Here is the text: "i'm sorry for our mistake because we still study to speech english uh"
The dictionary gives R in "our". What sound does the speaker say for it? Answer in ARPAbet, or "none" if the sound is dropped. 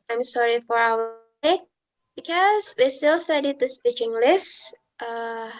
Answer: R